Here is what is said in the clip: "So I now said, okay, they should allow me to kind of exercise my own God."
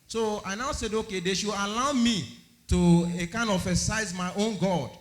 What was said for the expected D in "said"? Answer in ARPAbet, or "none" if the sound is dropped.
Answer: D